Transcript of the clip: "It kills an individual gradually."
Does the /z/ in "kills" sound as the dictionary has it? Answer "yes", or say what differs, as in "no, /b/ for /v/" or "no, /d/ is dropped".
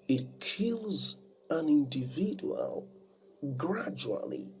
yes